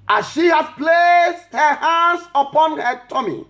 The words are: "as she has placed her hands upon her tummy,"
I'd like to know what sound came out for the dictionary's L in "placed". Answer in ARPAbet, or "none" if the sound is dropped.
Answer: L